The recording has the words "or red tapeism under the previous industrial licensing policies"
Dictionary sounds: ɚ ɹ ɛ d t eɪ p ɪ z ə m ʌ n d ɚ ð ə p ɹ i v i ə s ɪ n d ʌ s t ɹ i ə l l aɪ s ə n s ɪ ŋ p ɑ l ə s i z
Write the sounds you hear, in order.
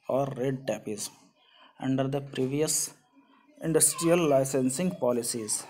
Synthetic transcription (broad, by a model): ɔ ɹ ɛ d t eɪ p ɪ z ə ʌ n d ɚ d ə p ɹ i v i ə s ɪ n d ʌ s t ɹ i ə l l aɪ s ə n s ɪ ŋ p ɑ l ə s i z